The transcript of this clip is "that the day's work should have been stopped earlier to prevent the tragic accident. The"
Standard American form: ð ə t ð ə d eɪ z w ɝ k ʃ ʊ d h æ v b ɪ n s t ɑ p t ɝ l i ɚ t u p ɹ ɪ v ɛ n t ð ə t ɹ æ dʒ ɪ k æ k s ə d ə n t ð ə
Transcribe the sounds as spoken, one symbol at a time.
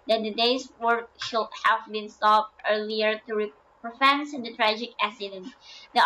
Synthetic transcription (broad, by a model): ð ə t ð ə d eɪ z w ɝ k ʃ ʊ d h æ v b ɪ n s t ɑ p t ɝ l i ɚ t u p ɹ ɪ f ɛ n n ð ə t ɹ æ dʒ ɪ k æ s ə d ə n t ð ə